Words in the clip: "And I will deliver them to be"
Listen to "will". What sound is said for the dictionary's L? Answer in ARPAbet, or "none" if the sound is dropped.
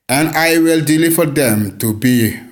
L